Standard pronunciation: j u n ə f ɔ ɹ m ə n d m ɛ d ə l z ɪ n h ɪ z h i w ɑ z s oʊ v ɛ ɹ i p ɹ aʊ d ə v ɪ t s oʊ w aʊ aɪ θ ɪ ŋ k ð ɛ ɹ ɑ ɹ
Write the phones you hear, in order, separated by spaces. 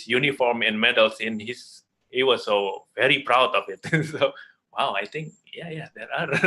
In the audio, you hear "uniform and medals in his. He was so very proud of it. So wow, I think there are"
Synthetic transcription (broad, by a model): j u n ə f ɔ ɹ m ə n m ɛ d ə l s ɪ n h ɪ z h i w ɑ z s oʊ v ɛ ɹ i p ɹ aʊ d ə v ɪ t s oʊ w aʊ aɪ t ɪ ŋ k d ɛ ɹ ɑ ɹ